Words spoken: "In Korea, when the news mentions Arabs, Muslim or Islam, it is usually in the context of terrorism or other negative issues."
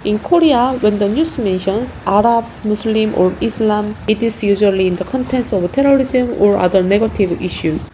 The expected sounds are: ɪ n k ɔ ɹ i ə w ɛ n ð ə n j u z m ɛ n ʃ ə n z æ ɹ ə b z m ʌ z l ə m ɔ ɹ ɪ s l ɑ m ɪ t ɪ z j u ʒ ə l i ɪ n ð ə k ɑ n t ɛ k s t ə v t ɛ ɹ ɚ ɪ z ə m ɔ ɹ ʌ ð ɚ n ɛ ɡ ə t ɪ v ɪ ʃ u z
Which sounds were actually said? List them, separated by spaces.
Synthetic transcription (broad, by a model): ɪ n k ɔ ɹ i ə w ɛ n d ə n j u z m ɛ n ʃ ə n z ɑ ɹ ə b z m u s l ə m ɔ ɹ ɪ s l ɑ m ɪ t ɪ s j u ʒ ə l i ɪ n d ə k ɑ n t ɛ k s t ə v t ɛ ɹ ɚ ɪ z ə m ɔ ɹ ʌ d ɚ n ɛ ɡ ə t ɪ v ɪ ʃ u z